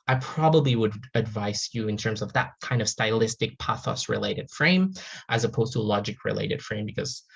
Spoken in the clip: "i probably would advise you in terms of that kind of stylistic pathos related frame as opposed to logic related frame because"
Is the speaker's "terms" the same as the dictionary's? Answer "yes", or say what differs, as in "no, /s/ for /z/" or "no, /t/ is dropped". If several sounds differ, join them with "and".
yes